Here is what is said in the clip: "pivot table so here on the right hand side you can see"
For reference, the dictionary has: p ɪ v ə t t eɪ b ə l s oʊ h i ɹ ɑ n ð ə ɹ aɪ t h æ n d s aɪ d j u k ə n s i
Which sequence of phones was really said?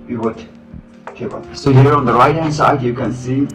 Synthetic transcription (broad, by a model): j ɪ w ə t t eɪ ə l s oʊ h i ɹ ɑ n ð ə ɹ aɪ t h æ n s aɪ d j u k ə n s i